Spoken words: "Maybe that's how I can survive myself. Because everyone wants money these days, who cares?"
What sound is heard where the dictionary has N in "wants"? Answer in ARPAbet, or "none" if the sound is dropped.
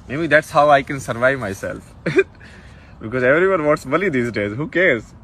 none